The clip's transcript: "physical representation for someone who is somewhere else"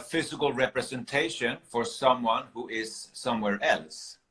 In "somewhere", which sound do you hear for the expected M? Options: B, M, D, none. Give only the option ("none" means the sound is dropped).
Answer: M